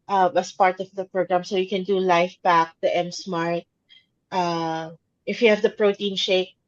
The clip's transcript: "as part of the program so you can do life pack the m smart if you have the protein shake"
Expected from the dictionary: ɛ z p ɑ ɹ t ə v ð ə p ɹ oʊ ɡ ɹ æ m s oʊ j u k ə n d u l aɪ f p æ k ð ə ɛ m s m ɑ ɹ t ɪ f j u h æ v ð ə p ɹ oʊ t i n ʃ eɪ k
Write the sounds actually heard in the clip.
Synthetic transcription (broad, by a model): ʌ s p ɑ ɹ t ə v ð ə p ɹ oʊ ɡ ɹ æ m s oʊ j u k ə n d u l aɪ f b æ k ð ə ɛ m s m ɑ ɹ t ɪ f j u h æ v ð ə p ɹ oʊ t i n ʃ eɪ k